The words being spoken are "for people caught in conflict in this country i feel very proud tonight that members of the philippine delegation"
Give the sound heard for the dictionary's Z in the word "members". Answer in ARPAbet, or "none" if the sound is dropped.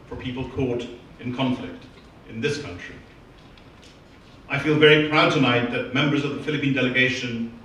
Z